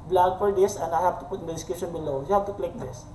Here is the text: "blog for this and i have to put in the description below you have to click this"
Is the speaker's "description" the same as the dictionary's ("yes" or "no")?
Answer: no